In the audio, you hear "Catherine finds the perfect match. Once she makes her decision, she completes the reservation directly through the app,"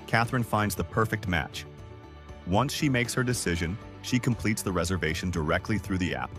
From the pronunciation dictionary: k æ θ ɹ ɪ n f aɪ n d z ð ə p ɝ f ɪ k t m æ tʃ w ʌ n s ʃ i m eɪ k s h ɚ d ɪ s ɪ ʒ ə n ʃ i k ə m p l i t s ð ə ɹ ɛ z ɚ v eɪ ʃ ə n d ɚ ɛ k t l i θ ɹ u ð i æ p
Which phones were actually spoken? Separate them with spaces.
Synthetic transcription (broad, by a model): k æ θ ɹ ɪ n f aɪ n d z ð ə p ɝ f ɪ k t m æ tʃ w ʌ n s ʃ i m eɪ k s h ɚ d ɪ s ɪ ʒ ə n ʃ i k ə m p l i t s ð ə ɹ ɛ z ɚ v eɪ ʃ n d ɚ ɛ k t l i θ ɹ u ð i æ p